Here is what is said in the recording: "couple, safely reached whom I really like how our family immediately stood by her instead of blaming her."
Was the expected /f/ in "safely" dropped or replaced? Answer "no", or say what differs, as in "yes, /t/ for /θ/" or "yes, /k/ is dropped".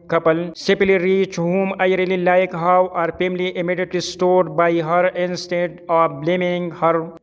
yes, /p/ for /f/